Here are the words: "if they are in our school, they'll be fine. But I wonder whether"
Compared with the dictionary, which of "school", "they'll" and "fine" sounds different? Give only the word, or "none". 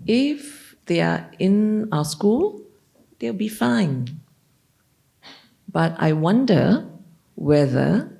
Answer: they'll